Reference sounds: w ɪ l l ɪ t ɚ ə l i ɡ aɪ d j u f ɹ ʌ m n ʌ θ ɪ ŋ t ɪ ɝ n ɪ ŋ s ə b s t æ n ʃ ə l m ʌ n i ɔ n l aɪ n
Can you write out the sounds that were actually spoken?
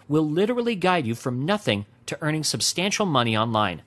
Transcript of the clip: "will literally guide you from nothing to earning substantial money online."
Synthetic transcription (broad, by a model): w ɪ l l ɪ t ɚ l i ɡ aɪ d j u f ɹ ʌ m n ʌ θ ɪ ŋ t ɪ ɝ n ɪ ŋ s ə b s t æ n ʃ l m ʌ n i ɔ n l aɪ n